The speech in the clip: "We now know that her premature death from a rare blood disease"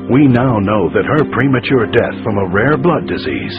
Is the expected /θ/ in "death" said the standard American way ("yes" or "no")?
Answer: yes